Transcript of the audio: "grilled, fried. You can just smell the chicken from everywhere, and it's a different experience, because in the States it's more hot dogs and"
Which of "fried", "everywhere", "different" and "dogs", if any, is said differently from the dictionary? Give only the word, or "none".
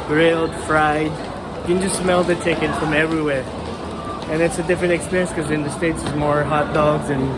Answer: none